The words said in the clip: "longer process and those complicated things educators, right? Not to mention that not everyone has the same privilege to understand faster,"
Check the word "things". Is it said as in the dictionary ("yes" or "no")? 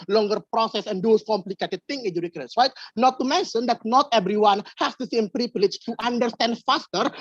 no